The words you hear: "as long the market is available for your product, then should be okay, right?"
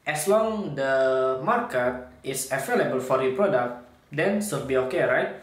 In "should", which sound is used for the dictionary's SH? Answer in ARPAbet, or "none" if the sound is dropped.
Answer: S